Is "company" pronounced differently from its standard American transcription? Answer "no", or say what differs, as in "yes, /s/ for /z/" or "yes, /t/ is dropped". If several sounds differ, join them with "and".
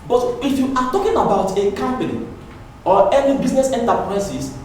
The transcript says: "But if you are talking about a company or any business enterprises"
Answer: yes, /l/ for /n/